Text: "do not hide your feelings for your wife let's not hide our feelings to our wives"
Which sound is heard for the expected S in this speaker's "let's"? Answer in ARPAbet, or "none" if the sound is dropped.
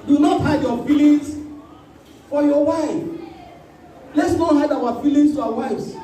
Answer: S